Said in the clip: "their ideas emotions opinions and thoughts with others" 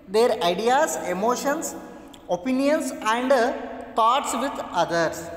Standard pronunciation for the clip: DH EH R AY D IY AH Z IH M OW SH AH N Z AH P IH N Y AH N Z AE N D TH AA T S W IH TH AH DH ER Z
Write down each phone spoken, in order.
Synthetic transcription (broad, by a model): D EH R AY D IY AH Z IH M OW SH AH N S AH P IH N Y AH N S AE N D T AA T S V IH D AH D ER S